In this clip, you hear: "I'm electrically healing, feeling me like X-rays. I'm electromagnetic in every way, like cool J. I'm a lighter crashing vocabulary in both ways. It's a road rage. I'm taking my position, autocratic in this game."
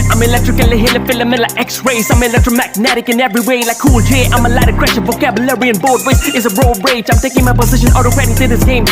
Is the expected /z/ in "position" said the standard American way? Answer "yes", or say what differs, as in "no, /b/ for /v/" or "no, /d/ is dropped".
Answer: yes